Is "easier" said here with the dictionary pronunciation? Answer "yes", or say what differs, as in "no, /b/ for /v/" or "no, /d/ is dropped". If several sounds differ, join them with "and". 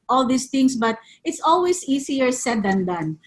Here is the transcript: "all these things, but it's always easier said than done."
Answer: no, /s/ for /z/